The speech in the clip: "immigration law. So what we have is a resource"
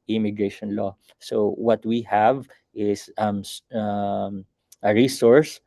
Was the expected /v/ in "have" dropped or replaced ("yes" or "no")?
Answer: no